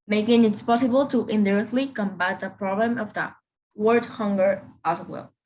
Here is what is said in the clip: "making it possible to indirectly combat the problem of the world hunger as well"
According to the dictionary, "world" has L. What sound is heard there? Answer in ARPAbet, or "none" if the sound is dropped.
none